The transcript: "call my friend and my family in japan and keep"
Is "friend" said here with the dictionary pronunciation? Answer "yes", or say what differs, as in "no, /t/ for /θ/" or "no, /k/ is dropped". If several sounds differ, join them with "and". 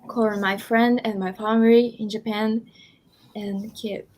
yes